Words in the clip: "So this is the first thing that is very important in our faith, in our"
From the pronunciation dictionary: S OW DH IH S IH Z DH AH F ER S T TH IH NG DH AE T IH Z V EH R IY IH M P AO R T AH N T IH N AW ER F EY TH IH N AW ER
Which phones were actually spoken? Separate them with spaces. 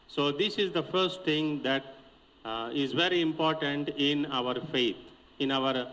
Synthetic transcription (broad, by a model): S OW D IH S IH Z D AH F ER S T T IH NG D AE T IH Z V EH R IY IH M P AO R T AH N T IH N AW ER F EY T IH N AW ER